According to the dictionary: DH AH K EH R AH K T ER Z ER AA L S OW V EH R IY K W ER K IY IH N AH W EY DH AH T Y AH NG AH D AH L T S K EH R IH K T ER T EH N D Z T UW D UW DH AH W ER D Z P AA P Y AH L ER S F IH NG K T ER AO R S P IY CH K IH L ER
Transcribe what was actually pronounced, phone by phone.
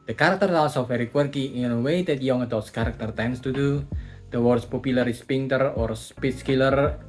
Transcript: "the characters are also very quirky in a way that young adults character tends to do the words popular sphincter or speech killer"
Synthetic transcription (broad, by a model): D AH K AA R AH K T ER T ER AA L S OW F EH R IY K W ER K IY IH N AH W EY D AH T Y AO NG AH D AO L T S K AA R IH K T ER T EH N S T UW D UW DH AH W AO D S P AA P Y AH L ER S P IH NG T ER AO R S P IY S K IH L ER